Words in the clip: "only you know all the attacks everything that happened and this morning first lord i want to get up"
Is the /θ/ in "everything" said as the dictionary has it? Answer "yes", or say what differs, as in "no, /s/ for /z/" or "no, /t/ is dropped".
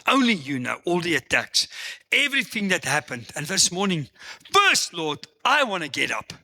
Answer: yes